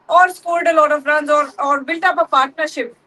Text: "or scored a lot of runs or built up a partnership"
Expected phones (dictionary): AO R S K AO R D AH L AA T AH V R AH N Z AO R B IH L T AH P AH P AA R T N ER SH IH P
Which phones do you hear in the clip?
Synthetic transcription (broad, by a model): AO R S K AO L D AH L AA T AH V R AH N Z AO R B IH L T AH P AH P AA R T N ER SH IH P